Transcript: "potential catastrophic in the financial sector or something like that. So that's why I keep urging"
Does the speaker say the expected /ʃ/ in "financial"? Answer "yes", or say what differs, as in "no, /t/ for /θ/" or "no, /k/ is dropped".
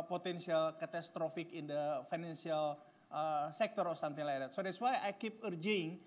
no, /s/ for /ʃ/